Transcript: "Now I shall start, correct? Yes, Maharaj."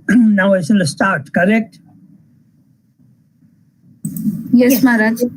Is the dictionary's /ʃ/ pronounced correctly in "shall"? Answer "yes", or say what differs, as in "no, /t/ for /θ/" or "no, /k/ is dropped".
no, /s/ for /ʃ/